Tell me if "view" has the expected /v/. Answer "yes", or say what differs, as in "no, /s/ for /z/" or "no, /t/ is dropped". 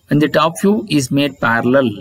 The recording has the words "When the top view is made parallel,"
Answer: no, /f/ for /v/